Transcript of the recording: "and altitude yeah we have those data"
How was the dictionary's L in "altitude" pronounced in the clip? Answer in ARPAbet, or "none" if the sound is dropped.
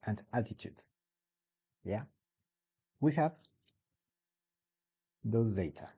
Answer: none